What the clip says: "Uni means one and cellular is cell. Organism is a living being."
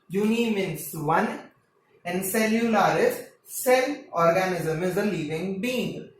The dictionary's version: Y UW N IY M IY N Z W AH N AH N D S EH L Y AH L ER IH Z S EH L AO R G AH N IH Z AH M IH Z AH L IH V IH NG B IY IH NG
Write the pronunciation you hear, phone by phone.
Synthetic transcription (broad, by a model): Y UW N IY M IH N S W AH N AH N D S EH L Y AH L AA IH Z S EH N AO R G AH N IH Z AH M IH Z AH L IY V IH NG B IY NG